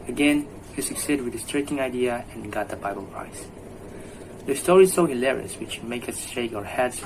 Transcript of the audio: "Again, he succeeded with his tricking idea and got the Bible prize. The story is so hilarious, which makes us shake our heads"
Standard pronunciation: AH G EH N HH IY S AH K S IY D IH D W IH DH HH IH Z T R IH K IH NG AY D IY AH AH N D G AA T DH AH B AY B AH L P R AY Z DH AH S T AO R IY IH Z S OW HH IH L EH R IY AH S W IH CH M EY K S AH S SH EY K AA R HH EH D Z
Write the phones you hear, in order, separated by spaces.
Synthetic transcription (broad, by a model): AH G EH N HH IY S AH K S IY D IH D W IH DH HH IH S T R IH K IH NG AY D IY AH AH N G AA T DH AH B AY B AH L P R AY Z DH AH S T AO R IY S OW HH IH L EH R IY AH S W IH CH M EY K AH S SH EY K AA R HH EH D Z